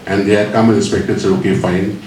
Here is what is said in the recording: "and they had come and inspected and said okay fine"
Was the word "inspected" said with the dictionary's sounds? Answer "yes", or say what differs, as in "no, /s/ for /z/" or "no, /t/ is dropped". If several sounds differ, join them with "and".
no, /n/ is dropped